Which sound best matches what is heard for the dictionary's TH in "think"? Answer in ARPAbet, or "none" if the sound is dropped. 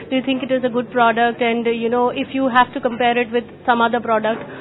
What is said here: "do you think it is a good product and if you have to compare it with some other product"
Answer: T